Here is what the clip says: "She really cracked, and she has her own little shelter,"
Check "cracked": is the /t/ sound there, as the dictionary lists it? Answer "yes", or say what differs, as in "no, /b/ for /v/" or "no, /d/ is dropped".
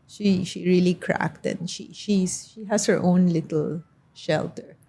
yes